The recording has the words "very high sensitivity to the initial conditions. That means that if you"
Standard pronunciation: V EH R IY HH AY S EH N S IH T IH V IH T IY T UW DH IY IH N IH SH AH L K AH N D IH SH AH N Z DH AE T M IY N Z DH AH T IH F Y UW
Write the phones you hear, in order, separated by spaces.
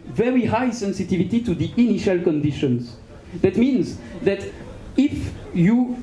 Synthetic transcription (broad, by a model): V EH R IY HH AY S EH N S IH T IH V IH T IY T UW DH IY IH N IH SH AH L K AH N D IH SH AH N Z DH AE T M IY N Z DH AH T IH F Y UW